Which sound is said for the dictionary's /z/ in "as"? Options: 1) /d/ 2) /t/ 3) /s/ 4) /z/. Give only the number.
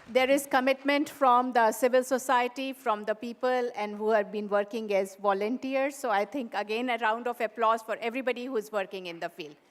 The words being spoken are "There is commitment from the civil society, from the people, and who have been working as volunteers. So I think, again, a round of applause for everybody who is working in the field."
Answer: 4